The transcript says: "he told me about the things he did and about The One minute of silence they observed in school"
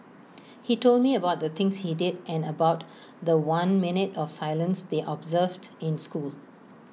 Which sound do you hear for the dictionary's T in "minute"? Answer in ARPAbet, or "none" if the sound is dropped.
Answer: T